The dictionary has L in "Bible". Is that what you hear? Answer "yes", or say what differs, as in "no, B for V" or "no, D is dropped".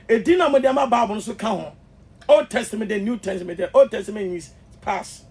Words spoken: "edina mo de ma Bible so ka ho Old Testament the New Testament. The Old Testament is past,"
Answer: no, N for L